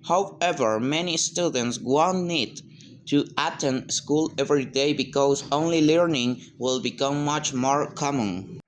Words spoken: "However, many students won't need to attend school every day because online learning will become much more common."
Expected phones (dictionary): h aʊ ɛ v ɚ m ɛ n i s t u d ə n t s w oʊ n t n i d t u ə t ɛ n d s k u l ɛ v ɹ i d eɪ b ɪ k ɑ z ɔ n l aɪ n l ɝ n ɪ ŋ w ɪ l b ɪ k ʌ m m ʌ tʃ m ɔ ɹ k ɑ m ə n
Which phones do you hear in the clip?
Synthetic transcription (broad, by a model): h aʊ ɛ v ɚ m ɛ n i s t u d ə n t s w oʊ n n i d t u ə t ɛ n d s k u l ɛ v ɹ i d eɪ b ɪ k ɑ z ɔ n l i l ɝ n ɪ ŋ w ɪ l b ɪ k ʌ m m ʌ tʃ m ɔ ɹ k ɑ m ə n